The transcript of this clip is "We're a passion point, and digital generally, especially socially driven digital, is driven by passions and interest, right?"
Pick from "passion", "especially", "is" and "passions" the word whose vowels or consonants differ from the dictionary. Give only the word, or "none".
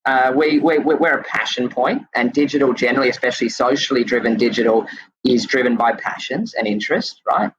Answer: none